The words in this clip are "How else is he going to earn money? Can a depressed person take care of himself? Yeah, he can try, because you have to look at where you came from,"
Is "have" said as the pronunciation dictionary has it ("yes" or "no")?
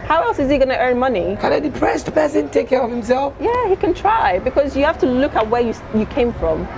no